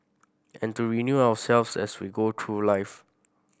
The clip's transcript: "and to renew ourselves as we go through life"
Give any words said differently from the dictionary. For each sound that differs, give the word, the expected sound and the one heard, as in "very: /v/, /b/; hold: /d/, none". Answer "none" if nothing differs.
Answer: ourselves: /ɹ/, /w/; as: /z/, /s/; through: /θ/, /t/